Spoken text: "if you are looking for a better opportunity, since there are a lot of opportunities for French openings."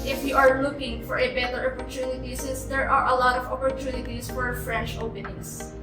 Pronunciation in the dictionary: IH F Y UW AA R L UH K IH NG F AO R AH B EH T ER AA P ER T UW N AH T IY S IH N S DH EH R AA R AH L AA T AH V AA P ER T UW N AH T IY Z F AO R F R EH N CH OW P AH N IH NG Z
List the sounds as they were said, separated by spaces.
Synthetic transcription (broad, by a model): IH F Y UW AA R L UH K IH NG F AO R AH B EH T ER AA P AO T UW N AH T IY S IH S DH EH R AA R AH L AA T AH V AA P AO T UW N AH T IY S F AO R F R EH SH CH OW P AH N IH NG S